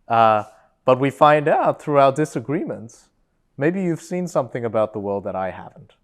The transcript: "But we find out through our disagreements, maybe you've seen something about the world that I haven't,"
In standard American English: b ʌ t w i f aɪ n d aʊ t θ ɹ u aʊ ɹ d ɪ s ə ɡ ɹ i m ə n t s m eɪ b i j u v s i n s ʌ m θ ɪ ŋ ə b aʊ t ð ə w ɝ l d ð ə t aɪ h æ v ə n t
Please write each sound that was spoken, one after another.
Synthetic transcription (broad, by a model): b ʌ t w i f aɪ n d aʊ t θ ɹ u aʊ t d ɪ s ə ɡ ɹ i m ə n t s m eɪ b i j u v s i n s ʌ m θ ɪ ŋ ə b aʊ t ð ə w ɝ l d ð ə t aɪ h æ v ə n t